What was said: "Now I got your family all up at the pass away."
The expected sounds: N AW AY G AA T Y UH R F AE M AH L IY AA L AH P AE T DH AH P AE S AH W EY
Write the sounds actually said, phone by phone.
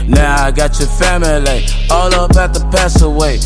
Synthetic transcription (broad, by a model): N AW AY G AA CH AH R F AE M AH L IY AA L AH B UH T DH AH P AE S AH W EY